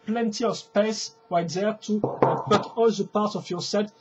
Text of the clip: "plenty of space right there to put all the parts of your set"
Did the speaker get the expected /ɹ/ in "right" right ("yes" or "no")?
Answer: no